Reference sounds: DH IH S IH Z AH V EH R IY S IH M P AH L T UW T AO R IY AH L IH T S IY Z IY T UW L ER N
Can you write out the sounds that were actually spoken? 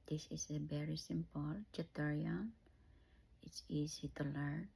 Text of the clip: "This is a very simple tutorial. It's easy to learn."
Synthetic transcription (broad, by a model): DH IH S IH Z AH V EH R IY S IH M P AH L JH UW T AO R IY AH N IH T S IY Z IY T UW L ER